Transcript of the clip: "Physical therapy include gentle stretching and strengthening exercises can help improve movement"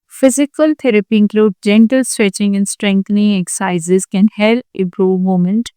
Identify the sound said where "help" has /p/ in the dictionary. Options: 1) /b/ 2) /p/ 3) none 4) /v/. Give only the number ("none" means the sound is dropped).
3